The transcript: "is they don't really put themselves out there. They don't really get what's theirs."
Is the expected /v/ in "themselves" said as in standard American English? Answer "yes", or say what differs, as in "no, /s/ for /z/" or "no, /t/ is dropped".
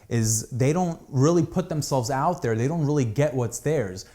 yes